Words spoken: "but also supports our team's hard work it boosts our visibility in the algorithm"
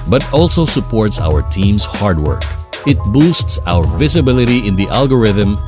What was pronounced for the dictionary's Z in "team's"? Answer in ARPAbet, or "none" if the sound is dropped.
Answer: S